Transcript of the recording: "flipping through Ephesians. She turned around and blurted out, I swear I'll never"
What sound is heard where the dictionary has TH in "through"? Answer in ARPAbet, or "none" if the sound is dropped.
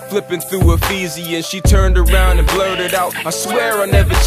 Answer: TH